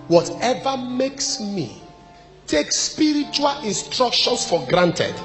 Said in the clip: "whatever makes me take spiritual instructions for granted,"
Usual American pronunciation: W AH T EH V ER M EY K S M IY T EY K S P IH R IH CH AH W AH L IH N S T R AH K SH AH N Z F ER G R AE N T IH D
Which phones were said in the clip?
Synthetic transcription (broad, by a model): W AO T EH V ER M EY K S M IY T EY K S P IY R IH CH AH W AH L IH N S T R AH K SH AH N S F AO G R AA N T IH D